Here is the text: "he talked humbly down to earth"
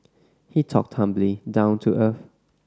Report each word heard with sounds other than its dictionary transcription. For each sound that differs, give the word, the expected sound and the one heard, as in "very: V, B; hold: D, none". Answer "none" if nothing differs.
none